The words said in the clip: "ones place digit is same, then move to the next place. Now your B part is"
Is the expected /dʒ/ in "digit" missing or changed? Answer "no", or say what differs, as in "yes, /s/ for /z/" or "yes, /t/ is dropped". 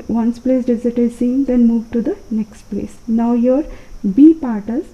yes, /z/ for /dʒ/